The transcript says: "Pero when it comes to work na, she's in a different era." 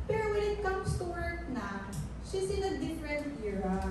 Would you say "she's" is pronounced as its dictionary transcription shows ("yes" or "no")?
no